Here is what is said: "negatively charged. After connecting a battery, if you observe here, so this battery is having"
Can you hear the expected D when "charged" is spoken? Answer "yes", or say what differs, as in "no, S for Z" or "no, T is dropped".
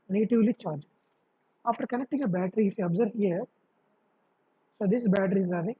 no, D is dropped